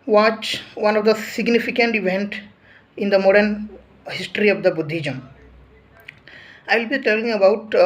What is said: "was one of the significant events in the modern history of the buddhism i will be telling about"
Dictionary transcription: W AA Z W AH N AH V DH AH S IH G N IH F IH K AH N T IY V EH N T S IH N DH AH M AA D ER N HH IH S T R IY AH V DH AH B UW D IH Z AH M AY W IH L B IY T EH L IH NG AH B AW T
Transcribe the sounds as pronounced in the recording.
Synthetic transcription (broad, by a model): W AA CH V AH N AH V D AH S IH G N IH F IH K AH N T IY V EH N T IH N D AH M AA D ER N HH IH S T R IY AH V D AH B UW D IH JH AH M AY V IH L B IY T EH L IH NG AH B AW T